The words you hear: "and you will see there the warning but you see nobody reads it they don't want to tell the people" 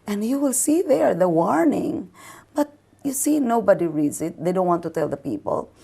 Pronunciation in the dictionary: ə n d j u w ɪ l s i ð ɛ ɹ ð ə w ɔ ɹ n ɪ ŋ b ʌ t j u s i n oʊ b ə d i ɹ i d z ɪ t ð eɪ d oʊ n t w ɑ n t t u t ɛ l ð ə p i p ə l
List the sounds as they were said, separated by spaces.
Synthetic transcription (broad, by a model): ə n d j u w ɪ l s i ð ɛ ɹ ð ə w ɔ ɹ n ɪ ŋ b ʌ t j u s i n oʊ b ə d i ɹ i d z ɪ t ð eɪ d oʊ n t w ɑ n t t u t ɛ l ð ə p i p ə l